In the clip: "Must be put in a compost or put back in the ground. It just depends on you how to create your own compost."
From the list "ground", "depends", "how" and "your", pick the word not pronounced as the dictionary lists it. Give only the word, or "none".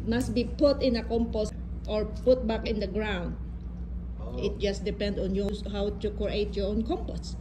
depends